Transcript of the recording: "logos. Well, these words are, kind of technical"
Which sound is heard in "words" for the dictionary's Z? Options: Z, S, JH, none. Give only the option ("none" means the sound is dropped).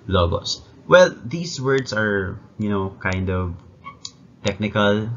S